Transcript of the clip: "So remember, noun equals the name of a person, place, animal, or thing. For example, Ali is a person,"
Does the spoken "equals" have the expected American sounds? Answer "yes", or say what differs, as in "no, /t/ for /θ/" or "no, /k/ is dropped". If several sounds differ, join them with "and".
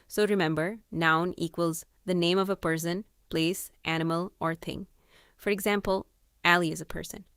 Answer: yes